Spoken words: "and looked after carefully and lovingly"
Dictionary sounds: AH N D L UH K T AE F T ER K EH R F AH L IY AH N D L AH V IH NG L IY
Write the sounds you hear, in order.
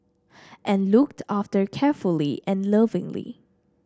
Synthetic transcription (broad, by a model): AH N L UH K T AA F T ER K EH R F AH L IY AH N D L AH V IH NG L IY